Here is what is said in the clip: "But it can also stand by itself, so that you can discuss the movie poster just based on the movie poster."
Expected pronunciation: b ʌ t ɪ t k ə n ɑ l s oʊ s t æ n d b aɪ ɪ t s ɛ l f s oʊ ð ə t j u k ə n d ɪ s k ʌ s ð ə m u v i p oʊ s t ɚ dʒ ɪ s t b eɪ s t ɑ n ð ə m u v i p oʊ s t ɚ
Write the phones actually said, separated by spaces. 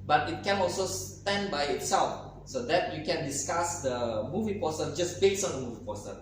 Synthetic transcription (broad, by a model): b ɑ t ɪ t k ə n ɑ l s oʊ s t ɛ n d b aɪ ɪ t s ɛ l f s oʊ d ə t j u k ə n d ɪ s k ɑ s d ə m u v i p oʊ s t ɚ dʒ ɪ s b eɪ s ɑ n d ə m u v i p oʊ s t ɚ